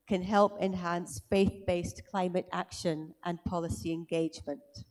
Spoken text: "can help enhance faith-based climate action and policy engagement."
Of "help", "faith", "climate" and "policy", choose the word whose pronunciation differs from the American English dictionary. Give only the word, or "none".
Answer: none